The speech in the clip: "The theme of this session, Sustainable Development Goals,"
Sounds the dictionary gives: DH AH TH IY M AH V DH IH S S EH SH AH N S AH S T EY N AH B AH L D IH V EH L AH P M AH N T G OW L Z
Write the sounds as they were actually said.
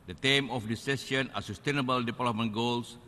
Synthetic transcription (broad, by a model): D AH T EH M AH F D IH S S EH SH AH N S AH S T EY N AH B AH L D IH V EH L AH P M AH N G OW L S